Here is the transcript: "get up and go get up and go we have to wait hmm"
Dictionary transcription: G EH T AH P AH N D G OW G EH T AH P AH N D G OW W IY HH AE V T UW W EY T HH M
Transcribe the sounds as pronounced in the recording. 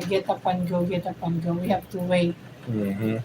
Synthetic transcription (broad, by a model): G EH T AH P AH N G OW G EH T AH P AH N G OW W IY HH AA P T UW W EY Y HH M